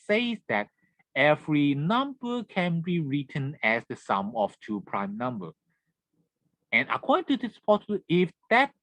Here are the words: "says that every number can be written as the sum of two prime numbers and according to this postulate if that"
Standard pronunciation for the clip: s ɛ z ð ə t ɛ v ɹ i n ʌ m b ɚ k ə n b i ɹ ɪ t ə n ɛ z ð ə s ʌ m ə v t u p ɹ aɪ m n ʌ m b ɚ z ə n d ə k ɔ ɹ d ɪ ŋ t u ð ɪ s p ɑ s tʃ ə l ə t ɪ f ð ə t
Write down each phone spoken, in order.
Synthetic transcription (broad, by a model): s ɛ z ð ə t ɛ v ɹ i n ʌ m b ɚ k ə n b i ɹ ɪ t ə n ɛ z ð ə s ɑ m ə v t u p ɹ aɪ m n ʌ m b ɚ ə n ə k ɔ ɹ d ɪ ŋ t u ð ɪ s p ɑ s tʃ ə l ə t ɪ f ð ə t